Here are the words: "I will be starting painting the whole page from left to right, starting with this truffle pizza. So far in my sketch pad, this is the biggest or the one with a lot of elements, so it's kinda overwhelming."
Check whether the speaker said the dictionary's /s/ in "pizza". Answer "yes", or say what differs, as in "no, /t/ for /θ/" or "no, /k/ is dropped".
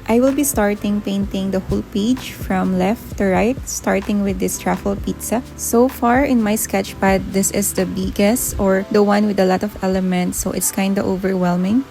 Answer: yes